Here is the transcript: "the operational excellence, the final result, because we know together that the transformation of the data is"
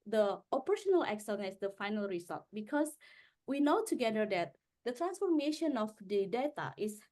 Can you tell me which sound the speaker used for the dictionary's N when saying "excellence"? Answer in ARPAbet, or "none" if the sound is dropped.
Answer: none